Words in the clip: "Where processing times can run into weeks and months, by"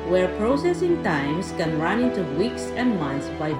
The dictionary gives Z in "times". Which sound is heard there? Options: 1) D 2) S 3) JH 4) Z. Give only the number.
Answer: 2